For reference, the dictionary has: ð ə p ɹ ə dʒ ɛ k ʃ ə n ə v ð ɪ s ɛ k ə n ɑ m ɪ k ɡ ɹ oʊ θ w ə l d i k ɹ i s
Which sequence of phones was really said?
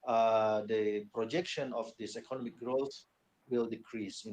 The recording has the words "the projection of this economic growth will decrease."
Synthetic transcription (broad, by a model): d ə p ɹ ə dʒ ɛ k ʃ ə n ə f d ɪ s ɛ k ə n ɑ m ɪ k ɡ ɹ oʊ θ w ə l d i k ɹ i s